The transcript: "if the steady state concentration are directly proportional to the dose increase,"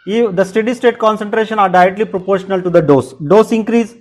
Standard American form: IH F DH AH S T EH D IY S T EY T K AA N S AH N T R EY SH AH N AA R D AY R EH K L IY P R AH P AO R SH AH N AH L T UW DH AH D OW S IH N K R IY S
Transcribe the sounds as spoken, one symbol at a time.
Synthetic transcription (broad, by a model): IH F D AH S T EH D IY S T EY T K AA N S AH N T R EY SH AH N AA R D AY R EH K L IY P R AH P AO R SH AH N AH L T UW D AH D OW S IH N K R IY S